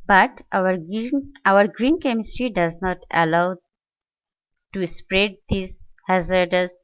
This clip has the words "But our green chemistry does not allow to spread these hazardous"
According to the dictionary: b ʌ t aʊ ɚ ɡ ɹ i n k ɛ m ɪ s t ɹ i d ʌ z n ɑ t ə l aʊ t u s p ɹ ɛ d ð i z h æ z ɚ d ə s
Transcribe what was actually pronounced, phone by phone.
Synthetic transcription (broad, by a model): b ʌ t aʊ ɚ ɡ ɹ i n k ɛ m ɪ s t ɹ i d ʌ z n ɑ t ə l aʊ t u s p ɹ ɛ d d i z h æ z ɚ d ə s